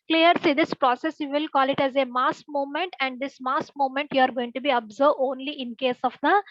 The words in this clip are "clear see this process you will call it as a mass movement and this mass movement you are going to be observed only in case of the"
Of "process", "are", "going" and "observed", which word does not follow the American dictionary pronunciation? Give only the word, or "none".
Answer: observed